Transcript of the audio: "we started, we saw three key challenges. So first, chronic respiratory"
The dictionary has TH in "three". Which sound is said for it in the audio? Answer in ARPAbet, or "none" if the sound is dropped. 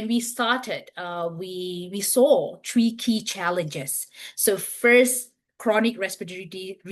T